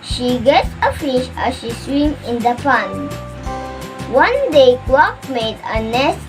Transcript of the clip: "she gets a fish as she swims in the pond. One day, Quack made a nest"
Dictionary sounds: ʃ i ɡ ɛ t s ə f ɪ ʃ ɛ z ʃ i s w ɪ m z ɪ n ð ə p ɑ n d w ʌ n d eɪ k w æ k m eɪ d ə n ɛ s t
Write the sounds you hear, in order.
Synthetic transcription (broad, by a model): ʃ i ɡ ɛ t ə f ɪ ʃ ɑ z ʃ i s w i m ɪ n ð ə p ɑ n w ʌ n d eɪ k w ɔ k m eɪ d ə n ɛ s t